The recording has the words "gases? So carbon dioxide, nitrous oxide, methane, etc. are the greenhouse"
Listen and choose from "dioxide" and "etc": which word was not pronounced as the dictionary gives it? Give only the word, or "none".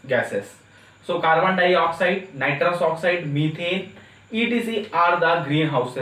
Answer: etc